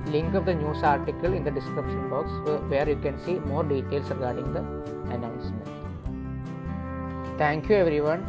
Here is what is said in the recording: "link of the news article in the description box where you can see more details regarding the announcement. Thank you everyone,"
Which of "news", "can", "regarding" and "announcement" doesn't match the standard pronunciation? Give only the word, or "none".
news